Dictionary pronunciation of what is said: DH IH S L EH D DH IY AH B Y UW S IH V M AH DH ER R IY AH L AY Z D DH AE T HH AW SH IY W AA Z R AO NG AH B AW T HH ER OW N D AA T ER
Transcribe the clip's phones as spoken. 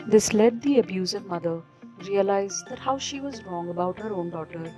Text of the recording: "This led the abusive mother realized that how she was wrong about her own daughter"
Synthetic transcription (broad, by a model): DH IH S L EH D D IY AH B Y UW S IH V M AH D ER R IY AH L AY Z D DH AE T HH AW SH IY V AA Z R AO NG AH B AW T HH ER OW N D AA T ER